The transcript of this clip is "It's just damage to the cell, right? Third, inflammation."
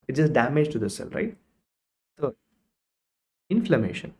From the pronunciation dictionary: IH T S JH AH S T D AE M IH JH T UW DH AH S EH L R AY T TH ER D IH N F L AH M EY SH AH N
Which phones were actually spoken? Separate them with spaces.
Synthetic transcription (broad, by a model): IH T JH AH S T D AE M IH JH T UW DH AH S EH L R AY T S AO IH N F L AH M EY SH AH N